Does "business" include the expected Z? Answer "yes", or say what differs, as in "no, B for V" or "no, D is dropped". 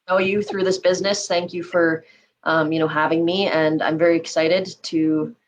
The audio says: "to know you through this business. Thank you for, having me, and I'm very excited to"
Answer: yes